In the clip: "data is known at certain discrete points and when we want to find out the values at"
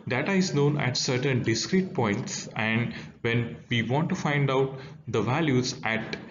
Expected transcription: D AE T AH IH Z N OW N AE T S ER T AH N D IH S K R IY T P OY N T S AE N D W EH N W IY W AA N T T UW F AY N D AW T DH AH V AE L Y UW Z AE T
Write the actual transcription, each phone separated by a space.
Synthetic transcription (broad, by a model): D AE T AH IH Z N OW N AE T S ER T AH N D IH S K R IY T P OY N T S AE N D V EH N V IY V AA N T T UW F AY N D AW T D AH V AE L Y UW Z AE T